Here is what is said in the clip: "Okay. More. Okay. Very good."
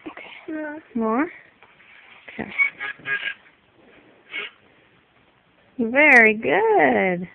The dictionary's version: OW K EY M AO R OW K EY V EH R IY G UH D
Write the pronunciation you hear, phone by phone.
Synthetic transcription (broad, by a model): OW K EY M AO R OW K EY V EH R IY G UH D